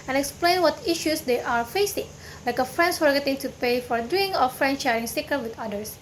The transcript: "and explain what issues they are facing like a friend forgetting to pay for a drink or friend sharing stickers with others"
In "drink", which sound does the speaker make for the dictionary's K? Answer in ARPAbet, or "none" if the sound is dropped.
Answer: none